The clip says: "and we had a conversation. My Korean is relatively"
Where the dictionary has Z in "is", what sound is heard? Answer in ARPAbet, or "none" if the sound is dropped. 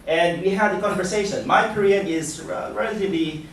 Z